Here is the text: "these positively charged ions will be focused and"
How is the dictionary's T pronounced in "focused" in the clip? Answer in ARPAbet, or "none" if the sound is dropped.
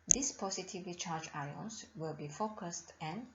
T